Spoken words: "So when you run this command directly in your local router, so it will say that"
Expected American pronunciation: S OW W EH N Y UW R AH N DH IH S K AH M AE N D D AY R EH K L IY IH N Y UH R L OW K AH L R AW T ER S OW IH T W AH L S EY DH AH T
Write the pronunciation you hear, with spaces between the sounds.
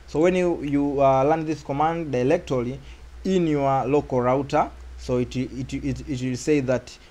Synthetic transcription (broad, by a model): S OW W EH N Y UW L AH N DH IH S K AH M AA N D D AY L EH K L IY IH N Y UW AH L OW K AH R AW T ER S OW IH T W AH L S EY DH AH T